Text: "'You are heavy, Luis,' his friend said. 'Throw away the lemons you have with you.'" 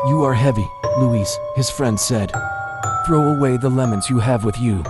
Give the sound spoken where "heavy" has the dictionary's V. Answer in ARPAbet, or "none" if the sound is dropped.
V